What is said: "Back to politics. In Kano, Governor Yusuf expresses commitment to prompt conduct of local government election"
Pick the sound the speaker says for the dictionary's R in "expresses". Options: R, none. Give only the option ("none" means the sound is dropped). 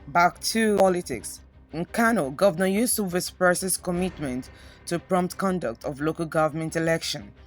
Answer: none